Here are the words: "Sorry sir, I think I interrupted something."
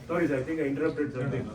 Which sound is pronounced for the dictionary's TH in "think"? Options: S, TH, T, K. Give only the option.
T